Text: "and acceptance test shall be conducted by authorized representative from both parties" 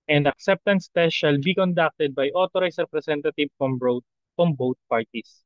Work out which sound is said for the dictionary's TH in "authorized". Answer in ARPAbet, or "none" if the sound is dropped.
T